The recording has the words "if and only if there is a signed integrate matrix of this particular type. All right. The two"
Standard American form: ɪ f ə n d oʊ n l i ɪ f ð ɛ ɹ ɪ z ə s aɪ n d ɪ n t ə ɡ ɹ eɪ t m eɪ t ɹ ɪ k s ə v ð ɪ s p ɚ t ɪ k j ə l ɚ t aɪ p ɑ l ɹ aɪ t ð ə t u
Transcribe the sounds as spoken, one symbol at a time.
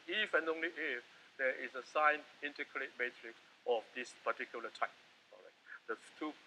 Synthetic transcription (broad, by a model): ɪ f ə n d oʊ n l i ɪ f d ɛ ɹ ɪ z ə s aɪ n ɪ n t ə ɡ ɹ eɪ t m eɪ t ɹ ɪ k s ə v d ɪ s p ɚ t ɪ k j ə l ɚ t aɪ p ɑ ɹ aɪ t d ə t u